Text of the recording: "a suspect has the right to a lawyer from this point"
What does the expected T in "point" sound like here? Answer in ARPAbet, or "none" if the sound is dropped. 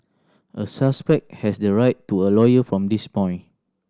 none